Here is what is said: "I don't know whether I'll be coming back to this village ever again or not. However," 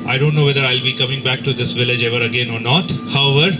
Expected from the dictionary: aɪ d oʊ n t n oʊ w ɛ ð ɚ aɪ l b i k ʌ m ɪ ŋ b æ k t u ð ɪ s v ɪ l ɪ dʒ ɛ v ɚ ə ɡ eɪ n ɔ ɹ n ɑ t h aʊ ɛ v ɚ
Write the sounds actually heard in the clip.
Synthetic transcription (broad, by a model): aɪ d oʊ n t n oʊ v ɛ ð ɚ aɪ l b i k ʌ m ɪ ŋ b æ k t u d ɪ s v ɪ l ɪ dʒ ɛ v ɚ ə ɡ eɪ n ɔ ɹ n ɑ t h aʊ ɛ v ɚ